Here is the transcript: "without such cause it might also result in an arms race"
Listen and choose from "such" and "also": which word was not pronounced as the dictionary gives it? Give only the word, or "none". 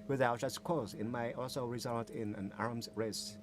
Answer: such